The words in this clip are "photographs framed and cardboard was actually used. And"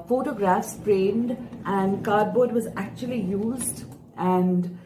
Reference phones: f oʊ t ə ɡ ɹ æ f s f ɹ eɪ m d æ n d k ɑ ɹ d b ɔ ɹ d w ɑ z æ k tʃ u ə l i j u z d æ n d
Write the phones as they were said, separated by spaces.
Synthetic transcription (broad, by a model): f oʊ t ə ɡ ɹ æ f s p ɹ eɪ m d æ n d k ɑ ɹ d b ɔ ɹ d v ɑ z æ k tʃ u ə l i j u z d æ n d